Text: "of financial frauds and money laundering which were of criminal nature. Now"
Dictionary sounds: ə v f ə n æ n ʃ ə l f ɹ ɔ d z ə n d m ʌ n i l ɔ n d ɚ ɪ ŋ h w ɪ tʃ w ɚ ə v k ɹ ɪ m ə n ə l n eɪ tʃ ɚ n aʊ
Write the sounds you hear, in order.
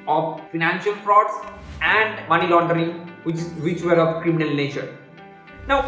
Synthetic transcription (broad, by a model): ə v f ə n æ n ʃ ə l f ɹ ɔ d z ə n d m ʌ n i l ɔ n d ɚ ɪ ŋ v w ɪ tʃ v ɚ ə v k ɹ ɪ m ə n ə l n eɪ tʃ ɚ n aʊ